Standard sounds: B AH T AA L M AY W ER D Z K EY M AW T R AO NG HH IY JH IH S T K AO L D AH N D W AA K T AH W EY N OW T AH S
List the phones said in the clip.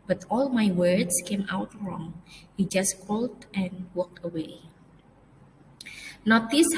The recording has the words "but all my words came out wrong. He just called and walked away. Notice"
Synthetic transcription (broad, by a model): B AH T AA L M AY W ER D S K EY M AW T R AO NG HH IY JH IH S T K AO L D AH N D W AA K T AH W EY N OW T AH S